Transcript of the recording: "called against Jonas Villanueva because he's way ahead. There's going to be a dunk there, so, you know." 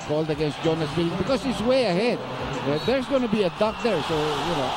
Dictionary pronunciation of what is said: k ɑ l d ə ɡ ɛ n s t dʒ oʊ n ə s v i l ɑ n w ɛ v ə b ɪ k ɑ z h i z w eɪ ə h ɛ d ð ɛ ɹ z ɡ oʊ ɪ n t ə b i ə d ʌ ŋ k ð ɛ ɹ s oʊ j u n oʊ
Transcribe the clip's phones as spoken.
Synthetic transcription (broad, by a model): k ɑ l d ə ɡ ɛ n s t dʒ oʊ n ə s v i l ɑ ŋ b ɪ k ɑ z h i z w eɪ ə h ɛ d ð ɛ ɹ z ɡ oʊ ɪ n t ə b i ə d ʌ k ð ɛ ɹ s oʊ j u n oʊ